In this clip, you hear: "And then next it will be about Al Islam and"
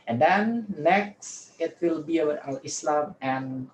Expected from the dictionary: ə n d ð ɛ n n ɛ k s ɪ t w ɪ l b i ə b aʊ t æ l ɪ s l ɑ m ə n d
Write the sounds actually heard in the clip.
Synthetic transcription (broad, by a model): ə n d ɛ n n ɛ k s ɪ t w ɪ l b i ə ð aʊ ʌ ɪ s l ɑ m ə n